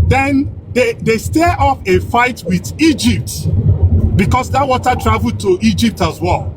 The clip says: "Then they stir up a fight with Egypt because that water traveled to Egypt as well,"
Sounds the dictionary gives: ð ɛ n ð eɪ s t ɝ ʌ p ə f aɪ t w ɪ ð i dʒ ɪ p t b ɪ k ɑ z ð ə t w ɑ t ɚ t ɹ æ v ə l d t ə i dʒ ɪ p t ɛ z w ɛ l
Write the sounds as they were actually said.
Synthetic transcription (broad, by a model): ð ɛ n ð eɪ s t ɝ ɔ f ə f aɪ t w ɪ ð i dʒ ɪ p t b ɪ k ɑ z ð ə t w ɑ t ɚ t ɹ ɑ v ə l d t ə i dʒ ɪ p t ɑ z w ɛ l